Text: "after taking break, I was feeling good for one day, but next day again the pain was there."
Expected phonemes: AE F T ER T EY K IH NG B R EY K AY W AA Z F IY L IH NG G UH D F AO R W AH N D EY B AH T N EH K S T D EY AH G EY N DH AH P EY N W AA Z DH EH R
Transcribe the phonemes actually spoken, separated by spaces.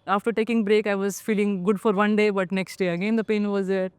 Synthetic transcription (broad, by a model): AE F T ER T EY K IH NG B R EY K AY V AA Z F IY L IH NG G UH D F AO R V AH N D EY B AH T N EH K S T D EY AH G EY N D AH P EY N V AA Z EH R